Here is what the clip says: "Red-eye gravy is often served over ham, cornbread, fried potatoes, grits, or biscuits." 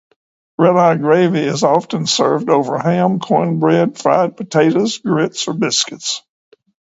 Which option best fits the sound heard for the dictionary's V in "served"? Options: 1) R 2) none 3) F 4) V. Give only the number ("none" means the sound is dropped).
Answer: 4